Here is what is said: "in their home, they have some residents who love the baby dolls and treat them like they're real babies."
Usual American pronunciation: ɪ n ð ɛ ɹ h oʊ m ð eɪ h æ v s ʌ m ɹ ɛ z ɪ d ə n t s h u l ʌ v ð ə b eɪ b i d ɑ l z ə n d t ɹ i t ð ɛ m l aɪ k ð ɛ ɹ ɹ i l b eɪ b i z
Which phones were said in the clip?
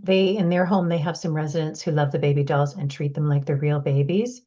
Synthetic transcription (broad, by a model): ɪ n ð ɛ ɹ h oʊ m ð eɪ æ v s ʌ m ɹ ɛ z ɪ d ə n t s h u l ʌ v ð ə b eɪ b i d ɑ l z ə n t ɹ i t ð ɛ m l aɪ k ð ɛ ɹ ɹ i l b eɪ b i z